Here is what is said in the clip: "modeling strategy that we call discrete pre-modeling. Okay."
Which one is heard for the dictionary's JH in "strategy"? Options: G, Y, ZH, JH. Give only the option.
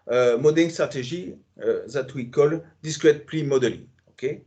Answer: ZH